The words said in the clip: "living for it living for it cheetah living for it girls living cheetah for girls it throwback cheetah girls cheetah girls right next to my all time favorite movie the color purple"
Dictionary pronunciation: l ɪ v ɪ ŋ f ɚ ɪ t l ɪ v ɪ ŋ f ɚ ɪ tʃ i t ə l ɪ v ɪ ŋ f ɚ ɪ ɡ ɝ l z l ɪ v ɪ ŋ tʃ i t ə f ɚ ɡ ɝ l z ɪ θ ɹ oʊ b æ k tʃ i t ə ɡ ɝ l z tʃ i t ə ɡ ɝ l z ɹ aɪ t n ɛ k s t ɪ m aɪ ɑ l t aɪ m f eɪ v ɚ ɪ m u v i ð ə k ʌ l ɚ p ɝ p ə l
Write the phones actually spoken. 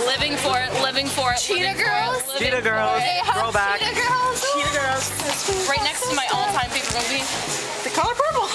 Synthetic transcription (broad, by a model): l ɪ v ɪ ŋ f ɚ ɪ t l ɪ v ɪ ŋ f ɚ ɪ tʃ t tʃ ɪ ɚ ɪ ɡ ɝ l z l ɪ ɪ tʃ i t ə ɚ ɡ ɝ l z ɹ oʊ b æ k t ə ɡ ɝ l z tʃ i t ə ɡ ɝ l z ɹ aɪ t n ɛ k s t ɪ m aɪ ɑ l t aɪ m p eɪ p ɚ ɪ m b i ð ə k ʌ l ɚ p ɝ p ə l